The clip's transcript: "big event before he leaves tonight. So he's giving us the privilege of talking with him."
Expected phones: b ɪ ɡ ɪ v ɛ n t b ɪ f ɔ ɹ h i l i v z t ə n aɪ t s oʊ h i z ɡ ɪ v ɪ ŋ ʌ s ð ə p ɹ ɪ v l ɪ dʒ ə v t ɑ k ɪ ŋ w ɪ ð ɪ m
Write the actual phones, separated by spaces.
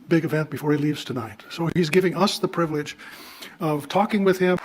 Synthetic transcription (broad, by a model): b ɪ ɡ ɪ v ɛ n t b ɪ f ɔ ɹ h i l i v z t ə n aɪ t s oʊ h i z ɡ ɪ v ɪ ŋ ʌ s ð ə p ɹ ɪ v l ɪ dʒ ə v t ɑ k ɪ ŋ w ɪ ð ɪ m